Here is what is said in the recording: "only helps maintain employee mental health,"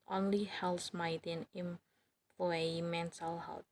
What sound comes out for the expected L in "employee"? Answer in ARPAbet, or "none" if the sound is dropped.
none